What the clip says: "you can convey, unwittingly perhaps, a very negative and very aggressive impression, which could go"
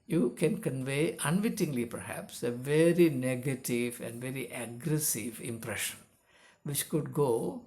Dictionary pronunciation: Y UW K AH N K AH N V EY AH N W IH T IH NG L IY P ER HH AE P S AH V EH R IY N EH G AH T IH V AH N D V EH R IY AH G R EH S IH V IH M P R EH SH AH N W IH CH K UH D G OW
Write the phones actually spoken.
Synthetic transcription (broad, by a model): Y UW K AH N K AH N V EY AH N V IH T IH NG L IY P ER HH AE P S AH V EH R IY N EH G AH T IH V AH N D V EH R IY AH G R EH S IH V IH M P R EH SH AH N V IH CH K UH D G OW